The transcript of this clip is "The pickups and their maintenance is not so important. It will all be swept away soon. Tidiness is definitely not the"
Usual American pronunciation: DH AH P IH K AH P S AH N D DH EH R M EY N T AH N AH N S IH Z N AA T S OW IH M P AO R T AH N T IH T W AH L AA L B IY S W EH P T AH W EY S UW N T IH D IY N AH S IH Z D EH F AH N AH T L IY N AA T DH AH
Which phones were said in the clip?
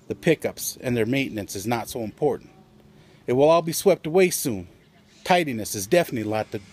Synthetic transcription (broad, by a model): DH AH P IH K AH P S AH N DH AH R M EY N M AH N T S IH Z N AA T S OW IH M P AO R T N T IH T W AH L AA L B IY S W EH P T AH W EY S UW N T IH D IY N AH S IH Z D EH F AH N AH T L IY L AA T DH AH